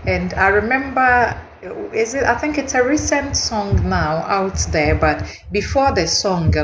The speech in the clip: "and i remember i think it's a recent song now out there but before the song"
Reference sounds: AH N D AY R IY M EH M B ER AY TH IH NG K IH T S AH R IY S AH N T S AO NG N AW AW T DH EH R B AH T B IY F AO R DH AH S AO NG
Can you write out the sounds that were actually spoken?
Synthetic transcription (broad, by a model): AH N D AY R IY M EH M B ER AY TH IH NG K IH T S AH R IY S AH N T S AO NG N AW AW T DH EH R B AH T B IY F AO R DH AH S AO NG